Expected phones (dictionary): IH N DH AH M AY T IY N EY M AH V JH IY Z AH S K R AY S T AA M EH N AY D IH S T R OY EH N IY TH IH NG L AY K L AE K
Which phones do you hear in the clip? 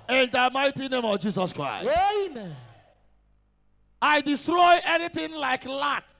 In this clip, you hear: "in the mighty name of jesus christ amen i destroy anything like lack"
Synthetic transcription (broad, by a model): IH N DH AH M AY T IY N EY M AH V JH IY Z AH S K R AY S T AA IH D IH S T R OY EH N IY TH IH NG L AY K L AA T